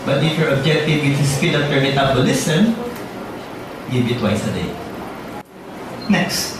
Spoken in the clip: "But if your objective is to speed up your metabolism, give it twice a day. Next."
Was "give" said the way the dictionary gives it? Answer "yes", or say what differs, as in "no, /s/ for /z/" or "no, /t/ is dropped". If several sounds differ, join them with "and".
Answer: no, /b/ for /v/